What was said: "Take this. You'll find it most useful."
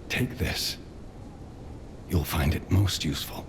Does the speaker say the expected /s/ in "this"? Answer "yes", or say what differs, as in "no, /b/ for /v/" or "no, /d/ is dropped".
yes